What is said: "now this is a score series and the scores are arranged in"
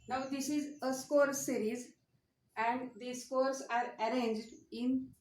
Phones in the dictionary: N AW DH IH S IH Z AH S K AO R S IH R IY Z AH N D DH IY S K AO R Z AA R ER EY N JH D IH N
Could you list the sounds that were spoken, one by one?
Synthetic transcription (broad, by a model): N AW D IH S IH Z AH S K AO R S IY R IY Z AH N D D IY S K AO R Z AA R ER EY N JH D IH N